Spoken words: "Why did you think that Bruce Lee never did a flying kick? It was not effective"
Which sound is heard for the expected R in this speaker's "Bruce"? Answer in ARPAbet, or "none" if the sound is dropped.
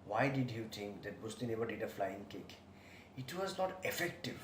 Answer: none